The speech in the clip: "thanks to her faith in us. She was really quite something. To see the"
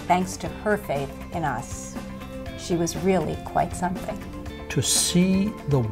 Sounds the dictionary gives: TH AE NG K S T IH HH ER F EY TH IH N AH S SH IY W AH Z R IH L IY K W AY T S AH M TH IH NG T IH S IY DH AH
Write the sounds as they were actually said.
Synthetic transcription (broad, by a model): TH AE NG K S T IH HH ER F EY TH IH N AH S SH IY W AH Z R IH L IY K W AY T S AH M TH IH NG T IH S IY DH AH